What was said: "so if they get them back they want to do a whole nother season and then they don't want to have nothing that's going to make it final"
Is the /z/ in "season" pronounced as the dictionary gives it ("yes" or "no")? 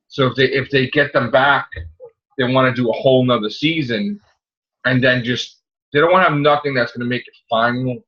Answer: yes